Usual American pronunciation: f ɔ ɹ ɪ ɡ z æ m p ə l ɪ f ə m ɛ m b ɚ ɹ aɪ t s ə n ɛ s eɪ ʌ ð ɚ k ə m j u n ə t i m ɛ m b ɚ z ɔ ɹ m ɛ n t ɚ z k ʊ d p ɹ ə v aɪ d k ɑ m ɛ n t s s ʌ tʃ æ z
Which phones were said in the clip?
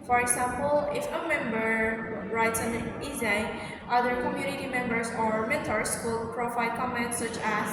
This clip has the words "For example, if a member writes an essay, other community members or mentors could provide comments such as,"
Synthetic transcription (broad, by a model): f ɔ ɹ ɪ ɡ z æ m p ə l ɪ f ə m ɛ m b ɚ ɹ aɪ t s ə n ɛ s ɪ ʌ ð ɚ k ə m j u n ə t i m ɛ m b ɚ s ɔ ɹ m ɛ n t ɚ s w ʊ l p ɹ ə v aɪ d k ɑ m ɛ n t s s ʌ tʃ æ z